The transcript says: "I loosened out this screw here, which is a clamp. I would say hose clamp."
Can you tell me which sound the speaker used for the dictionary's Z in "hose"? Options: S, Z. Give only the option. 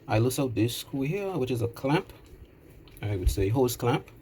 S